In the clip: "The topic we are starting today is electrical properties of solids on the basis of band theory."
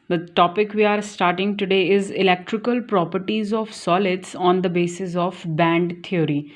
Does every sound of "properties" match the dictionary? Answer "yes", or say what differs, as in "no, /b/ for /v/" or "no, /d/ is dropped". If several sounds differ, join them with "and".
yes